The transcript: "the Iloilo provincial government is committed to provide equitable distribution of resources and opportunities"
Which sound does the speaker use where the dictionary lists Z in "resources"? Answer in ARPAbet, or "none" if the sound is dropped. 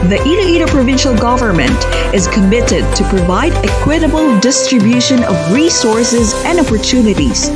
Z